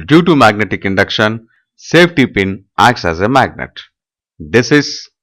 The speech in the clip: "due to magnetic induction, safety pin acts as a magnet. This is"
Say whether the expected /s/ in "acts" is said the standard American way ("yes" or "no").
yes